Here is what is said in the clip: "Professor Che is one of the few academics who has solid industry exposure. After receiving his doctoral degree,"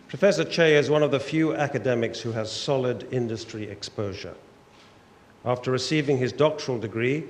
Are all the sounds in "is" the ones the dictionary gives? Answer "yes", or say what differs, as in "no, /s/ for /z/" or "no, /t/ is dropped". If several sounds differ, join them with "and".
yes